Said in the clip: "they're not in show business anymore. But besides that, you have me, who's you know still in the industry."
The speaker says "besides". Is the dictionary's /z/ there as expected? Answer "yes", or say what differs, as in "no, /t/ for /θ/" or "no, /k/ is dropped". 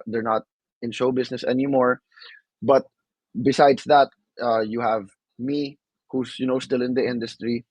no, /s/ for /z/